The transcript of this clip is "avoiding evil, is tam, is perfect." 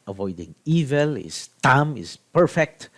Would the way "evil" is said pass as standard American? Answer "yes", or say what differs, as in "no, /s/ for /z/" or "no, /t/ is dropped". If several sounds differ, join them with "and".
yes